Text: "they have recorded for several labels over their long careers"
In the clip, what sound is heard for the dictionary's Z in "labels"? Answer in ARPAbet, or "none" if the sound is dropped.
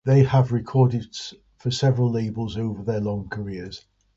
Z